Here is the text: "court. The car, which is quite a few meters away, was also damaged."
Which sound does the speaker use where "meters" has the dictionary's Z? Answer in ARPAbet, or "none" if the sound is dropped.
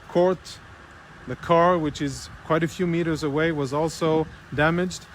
Z